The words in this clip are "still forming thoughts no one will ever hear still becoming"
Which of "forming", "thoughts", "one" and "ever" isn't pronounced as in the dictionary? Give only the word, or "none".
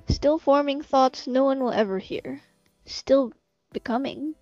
none